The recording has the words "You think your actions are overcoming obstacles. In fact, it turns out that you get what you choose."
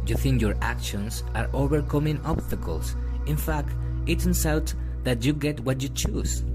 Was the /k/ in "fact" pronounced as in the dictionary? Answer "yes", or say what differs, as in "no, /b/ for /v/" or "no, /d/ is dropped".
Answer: yes